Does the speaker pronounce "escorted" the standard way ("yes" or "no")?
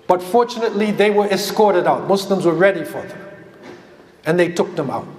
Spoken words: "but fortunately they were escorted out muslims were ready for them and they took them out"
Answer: yes